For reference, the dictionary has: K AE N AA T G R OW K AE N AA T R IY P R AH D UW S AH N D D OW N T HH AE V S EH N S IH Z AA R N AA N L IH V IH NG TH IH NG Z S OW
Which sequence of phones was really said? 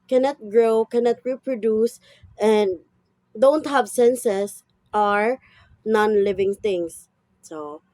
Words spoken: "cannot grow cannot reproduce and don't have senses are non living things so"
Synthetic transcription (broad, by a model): K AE N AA T G R OW K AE N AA T R IY P R AH D UW S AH N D D OW N T HH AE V S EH N S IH S AA R N AA N L IH V IH NG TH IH NG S S OW